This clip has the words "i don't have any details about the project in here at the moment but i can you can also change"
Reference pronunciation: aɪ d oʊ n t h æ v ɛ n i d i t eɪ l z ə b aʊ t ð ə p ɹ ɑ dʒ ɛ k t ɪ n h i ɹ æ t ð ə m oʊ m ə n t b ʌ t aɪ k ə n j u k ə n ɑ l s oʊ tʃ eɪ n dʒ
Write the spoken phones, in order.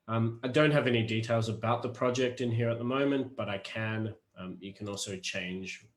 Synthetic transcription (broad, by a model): aɪ d oʊ n t h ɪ v ɛ n i d i t eɪ l z ə b aʊ t ð ə p ɹ ɑ dʒ ɛ k t ɪ n h i ɹ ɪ t ð ə m oʊ m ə n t b ʌ t aɪ k ə n j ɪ k ə n ɑ l s oʊ tʃ eɪ n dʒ